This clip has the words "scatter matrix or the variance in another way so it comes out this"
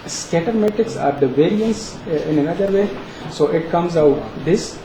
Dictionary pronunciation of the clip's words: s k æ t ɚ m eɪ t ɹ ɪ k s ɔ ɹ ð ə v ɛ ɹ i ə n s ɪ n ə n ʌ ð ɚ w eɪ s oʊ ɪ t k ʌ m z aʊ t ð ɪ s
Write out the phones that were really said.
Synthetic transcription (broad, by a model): s k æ t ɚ m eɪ t ɪ k s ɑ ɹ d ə v ɛ ɹ i ə n s ɪ n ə n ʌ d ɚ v eɪ s oʊ ɪ t k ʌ m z aʊ t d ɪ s